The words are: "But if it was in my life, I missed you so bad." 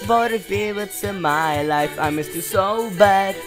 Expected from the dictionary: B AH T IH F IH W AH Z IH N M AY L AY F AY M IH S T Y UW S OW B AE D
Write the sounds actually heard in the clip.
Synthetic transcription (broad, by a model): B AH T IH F IH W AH S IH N M AY L AY F AY M IH S T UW S OW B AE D